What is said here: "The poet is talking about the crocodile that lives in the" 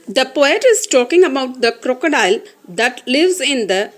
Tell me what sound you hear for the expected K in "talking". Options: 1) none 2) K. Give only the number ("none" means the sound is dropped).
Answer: 2